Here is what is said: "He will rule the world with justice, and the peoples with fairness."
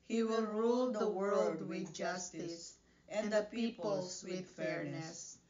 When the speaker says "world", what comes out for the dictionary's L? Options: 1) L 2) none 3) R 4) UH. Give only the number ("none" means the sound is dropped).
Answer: 1